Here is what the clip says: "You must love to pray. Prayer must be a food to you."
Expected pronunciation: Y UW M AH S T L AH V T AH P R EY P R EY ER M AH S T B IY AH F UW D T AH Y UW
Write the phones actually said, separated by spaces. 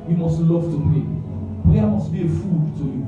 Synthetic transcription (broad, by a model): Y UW M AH S T L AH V T AH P EY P EY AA M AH S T B IY AH F UW D T AH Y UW